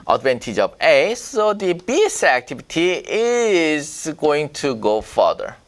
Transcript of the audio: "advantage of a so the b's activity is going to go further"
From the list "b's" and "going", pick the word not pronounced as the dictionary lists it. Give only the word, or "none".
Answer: b's